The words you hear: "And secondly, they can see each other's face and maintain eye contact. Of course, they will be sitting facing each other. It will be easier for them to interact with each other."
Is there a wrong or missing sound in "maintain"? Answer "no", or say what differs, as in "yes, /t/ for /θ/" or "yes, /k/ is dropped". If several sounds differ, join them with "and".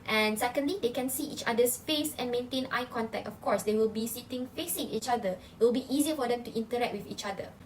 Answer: no